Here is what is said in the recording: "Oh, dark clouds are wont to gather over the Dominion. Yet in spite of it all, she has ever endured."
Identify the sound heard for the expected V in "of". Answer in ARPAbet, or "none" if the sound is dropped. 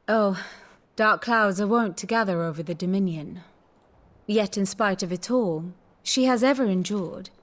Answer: V